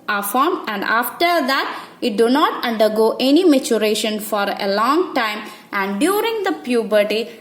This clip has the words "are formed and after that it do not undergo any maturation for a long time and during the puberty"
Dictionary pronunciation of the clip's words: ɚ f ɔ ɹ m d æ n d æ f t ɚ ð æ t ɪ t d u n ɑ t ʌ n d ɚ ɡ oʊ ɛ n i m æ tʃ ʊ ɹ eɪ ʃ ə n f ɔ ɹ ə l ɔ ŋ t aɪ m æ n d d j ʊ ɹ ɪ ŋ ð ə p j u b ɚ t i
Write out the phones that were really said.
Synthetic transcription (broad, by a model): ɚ f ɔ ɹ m æ n d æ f t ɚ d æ t ɪ t d u n ɑ t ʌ n d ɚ ɡ oʊ ɛ n i m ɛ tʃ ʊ ɹ eɪ ʃ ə n f ɔ ɹ ə l ɔ ŋ t aɪ m æ n d d j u ɹ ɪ ŋ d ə p j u b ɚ t i